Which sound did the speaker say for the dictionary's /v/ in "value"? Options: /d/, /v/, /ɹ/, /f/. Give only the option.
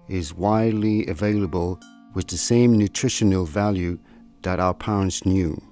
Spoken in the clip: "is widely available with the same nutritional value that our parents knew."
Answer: /v/